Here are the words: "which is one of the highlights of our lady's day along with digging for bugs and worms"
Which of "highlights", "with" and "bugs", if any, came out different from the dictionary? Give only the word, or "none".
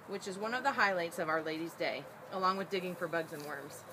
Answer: none